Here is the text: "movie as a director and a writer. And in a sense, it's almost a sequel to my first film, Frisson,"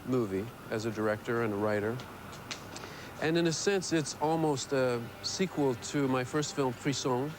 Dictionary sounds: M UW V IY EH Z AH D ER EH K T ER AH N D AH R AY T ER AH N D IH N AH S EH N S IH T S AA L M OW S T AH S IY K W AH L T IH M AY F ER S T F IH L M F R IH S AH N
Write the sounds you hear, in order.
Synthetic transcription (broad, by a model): M UW V IY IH Z AH D ER EH K T ER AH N AH R AY T ER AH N IH N AH S EH N S IH T S AA L M OW S T AH S IY K W AH L T IH M AY F ER S T F IH L M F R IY S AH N